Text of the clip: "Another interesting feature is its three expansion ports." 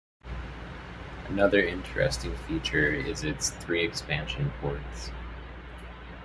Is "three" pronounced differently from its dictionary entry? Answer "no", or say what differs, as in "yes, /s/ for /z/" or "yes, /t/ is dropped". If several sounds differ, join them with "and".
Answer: no